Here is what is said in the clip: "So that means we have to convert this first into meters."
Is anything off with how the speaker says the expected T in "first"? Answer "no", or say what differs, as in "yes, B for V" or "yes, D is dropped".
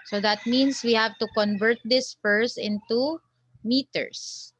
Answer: yes, T is dropped